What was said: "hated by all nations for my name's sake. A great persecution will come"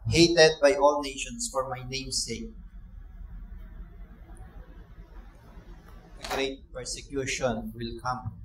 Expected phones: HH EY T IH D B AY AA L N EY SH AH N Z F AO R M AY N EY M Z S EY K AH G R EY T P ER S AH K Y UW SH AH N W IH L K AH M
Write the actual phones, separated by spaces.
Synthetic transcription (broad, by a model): HH EY T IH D B AY AA L N EY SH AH N S F AO R M AY N EY M S EY K AH G R EY T P ER S AH K Y UW SH AH N W IH L K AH M